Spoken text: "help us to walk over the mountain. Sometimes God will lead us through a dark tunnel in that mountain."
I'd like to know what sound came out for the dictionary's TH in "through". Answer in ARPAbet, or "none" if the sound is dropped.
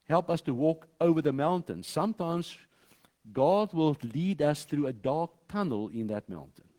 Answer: TH